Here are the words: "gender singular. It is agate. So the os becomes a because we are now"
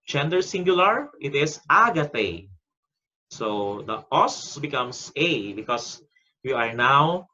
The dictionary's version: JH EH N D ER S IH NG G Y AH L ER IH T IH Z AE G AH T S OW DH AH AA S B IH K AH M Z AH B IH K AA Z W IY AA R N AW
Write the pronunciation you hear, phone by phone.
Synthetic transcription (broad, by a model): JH EH N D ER S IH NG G Y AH L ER IH T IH S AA G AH T S OW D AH AA S B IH K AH M S AH B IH K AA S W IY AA R N AW